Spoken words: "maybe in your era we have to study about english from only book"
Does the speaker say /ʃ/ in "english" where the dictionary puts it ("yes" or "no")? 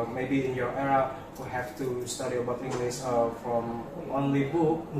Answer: no